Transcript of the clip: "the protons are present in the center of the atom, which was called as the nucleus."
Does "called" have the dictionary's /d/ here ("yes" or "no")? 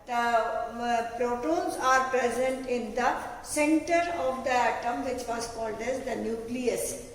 yes